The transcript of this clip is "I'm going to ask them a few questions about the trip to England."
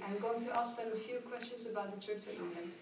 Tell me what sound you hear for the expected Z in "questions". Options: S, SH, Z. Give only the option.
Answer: Z